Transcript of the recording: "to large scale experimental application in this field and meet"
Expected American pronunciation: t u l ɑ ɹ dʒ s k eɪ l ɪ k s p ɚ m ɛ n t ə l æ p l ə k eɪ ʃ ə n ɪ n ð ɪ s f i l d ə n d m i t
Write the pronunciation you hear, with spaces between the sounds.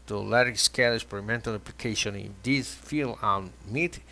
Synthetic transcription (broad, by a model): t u l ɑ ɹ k s k eɪ l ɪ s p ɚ m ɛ n t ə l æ p l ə k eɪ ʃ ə n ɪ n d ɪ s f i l ə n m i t